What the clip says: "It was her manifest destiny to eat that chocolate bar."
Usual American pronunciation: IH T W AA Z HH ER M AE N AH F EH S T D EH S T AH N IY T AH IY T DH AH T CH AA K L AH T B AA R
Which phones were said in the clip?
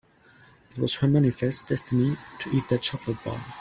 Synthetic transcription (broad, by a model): IH T W AA Z HH ER M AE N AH F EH S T D EH S T AH N IY T AH IY T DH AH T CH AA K L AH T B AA L